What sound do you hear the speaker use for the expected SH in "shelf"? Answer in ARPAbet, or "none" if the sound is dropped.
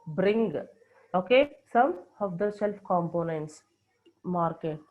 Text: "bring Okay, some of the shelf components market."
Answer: S